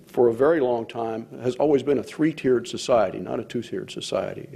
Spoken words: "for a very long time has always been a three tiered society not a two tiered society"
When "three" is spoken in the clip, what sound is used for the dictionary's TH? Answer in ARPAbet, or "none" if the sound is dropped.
TH